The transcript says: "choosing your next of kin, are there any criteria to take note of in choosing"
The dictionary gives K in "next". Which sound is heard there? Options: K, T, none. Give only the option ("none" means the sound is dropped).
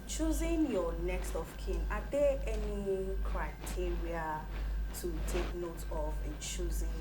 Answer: K